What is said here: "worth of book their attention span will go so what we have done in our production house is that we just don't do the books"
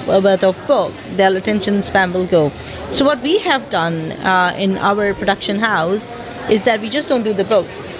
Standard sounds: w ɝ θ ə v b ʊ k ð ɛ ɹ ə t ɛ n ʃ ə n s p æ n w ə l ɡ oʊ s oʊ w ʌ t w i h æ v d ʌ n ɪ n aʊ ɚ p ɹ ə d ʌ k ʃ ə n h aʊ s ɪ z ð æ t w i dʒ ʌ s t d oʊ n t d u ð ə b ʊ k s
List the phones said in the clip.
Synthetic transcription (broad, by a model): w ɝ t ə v b ʊ k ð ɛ l ə t ɛ n ʃ ə n s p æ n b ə l ɡ oʊ s oʊ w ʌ t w i h æ v d ʌ n ɪ n aʊ ɚ p ɹ ə d ʌ k ʃ ə n h aʊ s ɪ z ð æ t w i dʒ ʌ s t d oʊ n t d u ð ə b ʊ k s